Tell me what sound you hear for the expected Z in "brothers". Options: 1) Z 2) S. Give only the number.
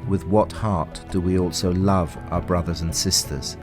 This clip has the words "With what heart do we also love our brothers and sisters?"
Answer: 1